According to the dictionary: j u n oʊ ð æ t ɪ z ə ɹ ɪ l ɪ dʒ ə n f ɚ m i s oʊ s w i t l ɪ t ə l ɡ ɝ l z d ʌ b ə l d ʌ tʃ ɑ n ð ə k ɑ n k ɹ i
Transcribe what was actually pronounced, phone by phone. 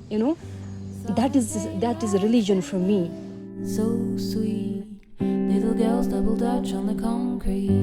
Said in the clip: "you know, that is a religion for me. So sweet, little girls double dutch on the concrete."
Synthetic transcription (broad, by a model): j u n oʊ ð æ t ɪ z ə ɹ ɪ l ɪ dʒ ə n f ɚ m i s oʊ s w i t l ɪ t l ɡ ɝ l z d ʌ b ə l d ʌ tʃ n ð ə k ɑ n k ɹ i